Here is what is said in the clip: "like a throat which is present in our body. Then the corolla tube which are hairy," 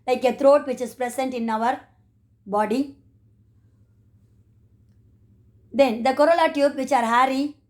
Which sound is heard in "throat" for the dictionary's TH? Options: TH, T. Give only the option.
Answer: T